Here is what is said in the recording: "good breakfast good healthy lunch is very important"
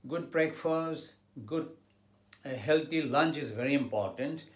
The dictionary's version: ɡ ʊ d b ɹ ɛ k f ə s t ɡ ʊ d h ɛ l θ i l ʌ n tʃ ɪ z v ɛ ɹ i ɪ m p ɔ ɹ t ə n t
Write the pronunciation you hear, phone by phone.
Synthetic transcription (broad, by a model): ɡ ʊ d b ɹ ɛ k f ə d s ɡ ʊ d h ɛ l t i l ʌ n tʃ ɪ z v ɛ ɹ i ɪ m p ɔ ɹ t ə n t